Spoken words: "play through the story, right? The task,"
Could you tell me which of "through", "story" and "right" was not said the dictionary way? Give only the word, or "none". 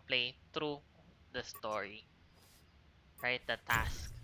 through